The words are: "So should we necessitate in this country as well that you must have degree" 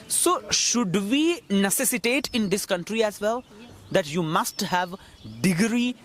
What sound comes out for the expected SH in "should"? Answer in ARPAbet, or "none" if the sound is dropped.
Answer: SH